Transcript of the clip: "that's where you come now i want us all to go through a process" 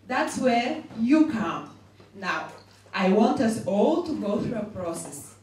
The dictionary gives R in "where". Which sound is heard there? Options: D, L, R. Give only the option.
R